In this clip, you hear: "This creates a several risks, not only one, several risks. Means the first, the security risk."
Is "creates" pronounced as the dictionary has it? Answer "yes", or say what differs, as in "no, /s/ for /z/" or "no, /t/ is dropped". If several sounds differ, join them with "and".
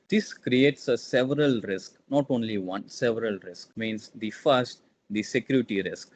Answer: yes